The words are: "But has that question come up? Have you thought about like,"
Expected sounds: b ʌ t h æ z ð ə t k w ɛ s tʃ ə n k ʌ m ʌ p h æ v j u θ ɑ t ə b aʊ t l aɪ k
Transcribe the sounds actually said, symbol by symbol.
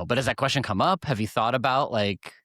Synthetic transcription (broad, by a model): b ʌ t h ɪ z ð ə t k w ɛ s tʃ ə n k ʌ m ʌ p h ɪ v j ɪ θ ɑ t ə b aʊ t l aɪ k